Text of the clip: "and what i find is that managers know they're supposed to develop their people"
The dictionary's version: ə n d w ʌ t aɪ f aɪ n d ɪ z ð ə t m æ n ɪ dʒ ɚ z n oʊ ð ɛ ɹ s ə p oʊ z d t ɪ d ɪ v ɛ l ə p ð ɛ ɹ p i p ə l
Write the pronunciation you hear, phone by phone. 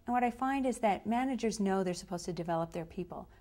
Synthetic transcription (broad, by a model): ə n w ʌ t aɪ f aɪ n d ɪ z ð ə t m æ n ɪ dʒ ɚ z n oʊ ð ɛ ɹ s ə p oʊ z t ɪ d ɪ v ɛ l ə p ð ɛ ɹ p i p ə l